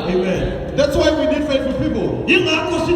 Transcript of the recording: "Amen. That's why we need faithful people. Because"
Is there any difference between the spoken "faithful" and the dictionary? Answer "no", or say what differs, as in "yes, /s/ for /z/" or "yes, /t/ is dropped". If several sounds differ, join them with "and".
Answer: yes, /t/ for /θ/